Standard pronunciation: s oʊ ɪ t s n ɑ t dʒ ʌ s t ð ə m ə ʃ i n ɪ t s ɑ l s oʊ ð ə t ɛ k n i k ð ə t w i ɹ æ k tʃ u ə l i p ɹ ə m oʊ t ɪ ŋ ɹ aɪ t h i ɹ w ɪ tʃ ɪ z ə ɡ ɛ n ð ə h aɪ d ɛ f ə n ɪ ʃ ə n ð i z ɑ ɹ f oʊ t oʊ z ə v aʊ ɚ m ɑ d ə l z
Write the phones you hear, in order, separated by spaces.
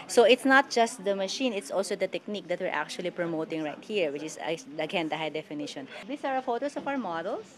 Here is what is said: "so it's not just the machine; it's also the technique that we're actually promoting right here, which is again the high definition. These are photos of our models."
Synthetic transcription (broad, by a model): s oʊ ɪ t s n ɑ t dʒ ʌ s t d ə m ə ʃ i n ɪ t s ɑ l s oʊ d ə t ɛ k n i k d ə t w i ɹ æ k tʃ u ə l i p ɹ ə m oʊ t ɪ ŋ ɹ aɪ t h i ɹ w ɪ tʃ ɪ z ə ɡ ɛ n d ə h aɪ d ɛ f ə n ɪ ʃ ə n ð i s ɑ ɹ f oʊ t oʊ s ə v aʊ ɚ m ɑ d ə l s